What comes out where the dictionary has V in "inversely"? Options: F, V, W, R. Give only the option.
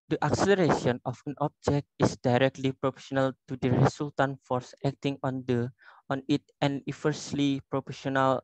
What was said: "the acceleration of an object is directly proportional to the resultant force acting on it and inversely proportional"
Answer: F